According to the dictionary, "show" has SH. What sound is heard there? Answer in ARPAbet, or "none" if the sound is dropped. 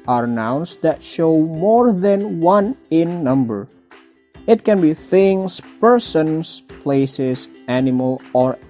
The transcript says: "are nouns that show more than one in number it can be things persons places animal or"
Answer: SH